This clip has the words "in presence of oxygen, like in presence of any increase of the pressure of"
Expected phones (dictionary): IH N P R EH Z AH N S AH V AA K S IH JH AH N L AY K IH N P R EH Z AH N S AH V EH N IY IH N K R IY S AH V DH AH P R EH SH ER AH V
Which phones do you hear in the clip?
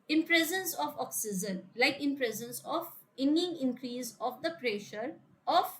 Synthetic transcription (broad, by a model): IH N P R EH Z AH N S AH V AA K S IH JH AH N L AY K IH N P R EH Z AH N S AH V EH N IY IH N K R IY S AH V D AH P R EH SH ER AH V